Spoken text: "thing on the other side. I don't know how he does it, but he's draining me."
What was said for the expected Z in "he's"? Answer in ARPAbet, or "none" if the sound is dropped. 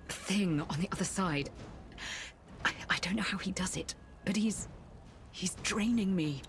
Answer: Z